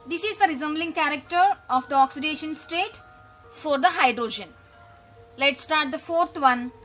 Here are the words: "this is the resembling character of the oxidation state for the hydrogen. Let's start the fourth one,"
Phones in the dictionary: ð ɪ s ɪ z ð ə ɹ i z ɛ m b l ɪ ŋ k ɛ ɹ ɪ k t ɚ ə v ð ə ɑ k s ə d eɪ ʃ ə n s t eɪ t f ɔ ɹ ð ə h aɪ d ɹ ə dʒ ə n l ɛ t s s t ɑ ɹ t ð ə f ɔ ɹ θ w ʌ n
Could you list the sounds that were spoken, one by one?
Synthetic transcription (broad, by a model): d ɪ s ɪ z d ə ɹ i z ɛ m b l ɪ ŋ k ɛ ɹ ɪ k t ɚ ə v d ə ɑ k s ə d eɪ ʃ ə n s t eɪ t f ɔ ɹ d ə h aɪ d ɹ ə dʒ ə n l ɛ t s s t ɑ ɹ t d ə f ɔ ɹ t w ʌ n